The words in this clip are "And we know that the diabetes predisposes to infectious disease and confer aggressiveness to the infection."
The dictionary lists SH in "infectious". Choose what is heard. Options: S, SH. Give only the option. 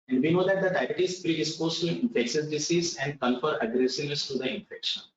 S